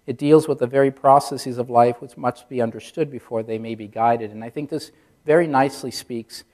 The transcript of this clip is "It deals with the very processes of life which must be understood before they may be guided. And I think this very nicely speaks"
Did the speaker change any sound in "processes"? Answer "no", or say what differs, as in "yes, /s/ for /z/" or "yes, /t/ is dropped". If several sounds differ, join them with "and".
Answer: no